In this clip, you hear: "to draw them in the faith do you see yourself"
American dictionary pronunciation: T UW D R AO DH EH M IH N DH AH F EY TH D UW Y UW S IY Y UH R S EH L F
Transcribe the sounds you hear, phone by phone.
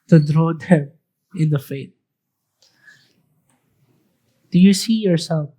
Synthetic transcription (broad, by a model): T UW D R AO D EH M IH N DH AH F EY T D UW Y UW S IY Y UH R S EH L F